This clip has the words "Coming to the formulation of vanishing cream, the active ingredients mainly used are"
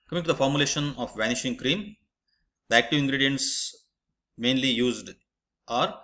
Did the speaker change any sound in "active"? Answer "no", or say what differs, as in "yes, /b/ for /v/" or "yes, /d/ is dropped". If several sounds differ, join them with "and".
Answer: yes, /v/ is dropped